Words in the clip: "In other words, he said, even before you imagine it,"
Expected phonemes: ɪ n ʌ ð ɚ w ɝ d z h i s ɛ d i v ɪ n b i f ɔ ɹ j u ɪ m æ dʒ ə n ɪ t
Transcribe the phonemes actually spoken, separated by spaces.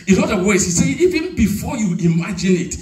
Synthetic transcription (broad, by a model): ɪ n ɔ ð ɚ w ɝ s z h i s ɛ i v ɪ n b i f ɔ j u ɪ m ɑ dʒ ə n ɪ t